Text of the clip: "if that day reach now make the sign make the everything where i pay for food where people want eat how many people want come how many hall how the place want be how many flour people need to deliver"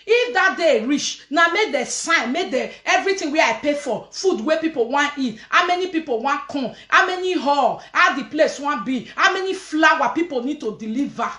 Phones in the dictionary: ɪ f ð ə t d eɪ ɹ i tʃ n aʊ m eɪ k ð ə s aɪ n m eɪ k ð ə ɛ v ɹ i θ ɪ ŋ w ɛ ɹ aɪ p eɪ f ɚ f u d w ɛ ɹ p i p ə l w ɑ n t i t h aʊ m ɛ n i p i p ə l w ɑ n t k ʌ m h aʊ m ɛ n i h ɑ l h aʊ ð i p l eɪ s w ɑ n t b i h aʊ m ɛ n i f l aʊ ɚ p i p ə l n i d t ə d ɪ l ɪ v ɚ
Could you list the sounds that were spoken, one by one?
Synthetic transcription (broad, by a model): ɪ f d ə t d eɪ ɹ i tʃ n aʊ m eɪ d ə s aɪ n m eɪ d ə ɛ v ɹ i t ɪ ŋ w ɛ aɪ p eɪ f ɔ f u d w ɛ p i p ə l w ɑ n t i t h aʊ m ɛ n i p i p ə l w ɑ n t k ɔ h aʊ m ɛ n i h ɑ l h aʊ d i p l eɪ s w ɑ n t b i h aʊ m ɛ n i f l aʊ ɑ p i p ə l n i d t ə d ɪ l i v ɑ